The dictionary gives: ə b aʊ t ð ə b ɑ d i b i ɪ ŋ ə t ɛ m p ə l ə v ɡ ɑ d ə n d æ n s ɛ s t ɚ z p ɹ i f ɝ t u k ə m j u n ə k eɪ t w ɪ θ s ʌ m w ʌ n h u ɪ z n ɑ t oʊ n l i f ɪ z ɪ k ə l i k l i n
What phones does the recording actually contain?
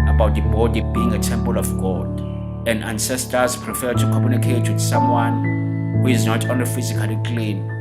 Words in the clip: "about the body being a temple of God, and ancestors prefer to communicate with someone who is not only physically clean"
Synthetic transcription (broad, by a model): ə b aʊ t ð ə b ɑ d i b i ɪ ŋ ə t ɛ m p ə l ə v ɡ ɑ d ə n d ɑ n s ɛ s t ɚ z p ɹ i f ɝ t u k ə m j u n ə k eɪ t w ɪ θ s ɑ m w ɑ n h u ɪ z n ɑ t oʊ n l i f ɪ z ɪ k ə l i k l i n